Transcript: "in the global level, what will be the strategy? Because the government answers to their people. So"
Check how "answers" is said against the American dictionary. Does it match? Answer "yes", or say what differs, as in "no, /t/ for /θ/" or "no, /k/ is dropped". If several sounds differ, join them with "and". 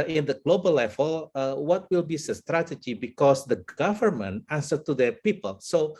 no, /z/ is dropped